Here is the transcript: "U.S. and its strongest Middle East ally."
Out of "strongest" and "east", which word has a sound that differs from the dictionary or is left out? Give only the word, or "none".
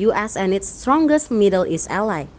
east